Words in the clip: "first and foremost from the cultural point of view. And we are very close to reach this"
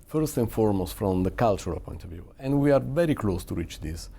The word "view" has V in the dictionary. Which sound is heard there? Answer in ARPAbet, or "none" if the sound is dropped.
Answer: V